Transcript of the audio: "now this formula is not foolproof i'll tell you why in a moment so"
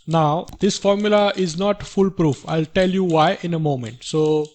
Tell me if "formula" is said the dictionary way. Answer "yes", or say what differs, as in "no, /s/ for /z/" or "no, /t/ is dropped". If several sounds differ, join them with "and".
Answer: yes